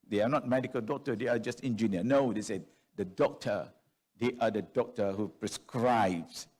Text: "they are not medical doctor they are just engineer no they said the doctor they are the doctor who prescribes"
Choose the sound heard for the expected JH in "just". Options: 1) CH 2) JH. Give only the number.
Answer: 2